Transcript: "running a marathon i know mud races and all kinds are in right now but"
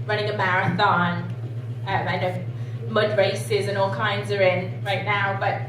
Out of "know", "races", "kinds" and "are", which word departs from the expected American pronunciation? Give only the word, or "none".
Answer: none